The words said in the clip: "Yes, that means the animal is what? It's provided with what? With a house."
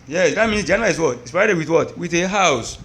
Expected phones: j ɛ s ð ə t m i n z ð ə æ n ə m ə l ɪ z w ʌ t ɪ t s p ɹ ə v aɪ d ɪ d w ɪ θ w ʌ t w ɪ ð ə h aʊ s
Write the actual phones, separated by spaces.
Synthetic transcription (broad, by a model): j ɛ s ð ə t m i n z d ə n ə ə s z w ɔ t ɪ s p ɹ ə aɪ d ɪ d w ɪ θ w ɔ t w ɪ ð ə h aʊ s